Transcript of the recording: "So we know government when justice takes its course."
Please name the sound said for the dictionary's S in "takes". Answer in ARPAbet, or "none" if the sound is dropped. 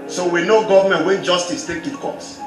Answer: none